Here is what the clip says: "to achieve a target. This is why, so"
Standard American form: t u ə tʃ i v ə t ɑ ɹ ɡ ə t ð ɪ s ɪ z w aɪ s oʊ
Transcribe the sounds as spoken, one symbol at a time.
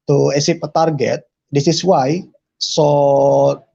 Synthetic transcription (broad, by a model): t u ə s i p ə t ɑ ɹ ɡ ə t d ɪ s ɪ s w aɪ s oʊ